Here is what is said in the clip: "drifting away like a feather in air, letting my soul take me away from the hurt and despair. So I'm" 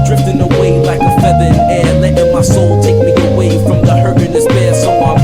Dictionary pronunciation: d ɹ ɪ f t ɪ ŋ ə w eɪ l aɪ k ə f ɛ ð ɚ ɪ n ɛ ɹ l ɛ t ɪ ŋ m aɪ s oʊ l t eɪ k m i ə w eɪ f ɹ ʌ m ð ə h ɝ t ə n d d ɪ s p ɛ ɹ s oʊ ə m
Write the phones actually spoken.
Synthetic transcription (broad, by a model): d ɹ ɪ f t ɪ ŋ ə w eɪ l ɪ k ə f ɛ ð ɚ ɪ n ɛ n l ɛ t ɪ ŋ m aɪ s oʊ l t eɪ k m i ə w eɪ f ɹ ʌ m ð ə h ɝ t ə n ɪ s b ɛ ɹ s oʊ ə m